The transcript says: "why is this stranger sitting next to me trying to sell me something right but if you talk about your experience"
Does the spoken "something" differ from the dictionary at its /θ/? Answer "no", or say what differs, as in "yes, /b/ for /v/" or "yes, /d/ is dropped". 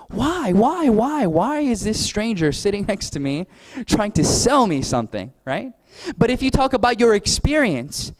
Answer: no